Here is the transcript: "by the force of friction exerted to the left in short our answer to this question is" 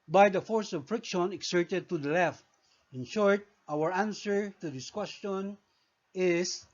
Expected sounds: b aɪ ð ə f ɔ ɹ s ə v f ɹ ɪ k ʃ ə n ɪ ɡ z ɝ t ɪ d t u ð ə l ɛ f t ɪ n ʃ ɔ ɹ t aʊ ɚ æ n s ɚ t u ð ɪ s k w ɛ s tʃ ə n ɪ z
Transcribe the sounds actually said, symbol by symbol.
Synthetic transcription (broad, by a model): b aɪ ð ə f ɔ ɹ s ə v f ɹ ɪ k ʃ ə n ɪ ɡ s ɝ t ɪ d t u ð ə l ɛ f t ɪ n ʃ ɔ ɹ t aʊ ɚ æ n s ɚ t u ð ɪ s k w ɛ s tʃ ə n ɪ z